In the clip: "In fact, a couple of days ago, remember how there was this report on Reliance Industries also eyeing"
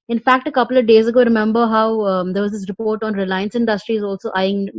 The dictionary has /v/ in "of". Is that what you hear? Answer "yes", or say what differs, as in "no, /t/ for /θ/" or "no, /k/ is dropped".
yes